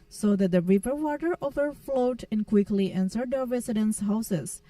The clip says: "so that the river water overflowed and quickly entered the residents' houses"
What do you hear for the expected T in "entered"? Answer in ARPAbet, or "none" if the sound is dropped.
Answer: S